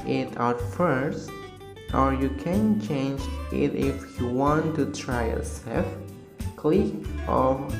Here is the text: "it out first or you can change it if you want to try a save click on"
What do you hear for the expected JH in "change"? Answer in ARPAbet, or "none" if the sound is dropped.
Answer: JH